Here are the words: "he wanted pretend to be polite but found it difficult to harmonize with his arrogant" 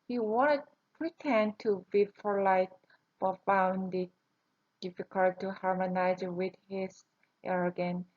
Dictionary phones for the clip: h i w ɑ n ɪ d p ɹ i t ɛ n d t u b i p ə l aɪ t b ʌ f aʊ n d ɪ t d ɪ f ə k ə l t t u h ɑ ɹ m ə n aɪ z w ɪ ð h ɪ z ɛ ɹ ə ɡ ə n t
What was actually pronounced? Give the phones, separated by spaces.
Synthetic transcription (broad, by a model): h i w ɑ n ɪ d p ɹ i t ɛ n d t u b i f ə l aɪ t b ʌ f aʊ n d ɪ t d ɪ f ə k ə l t t u h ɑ ɹ m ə n aɪ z w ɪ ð h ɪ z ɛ ɹ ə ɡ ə n